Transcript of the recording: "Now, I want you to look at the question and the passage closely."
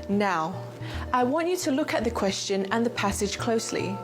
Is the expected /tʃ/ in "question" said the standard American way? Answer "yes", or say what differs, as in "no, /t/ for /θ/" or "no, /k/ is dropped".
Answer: yes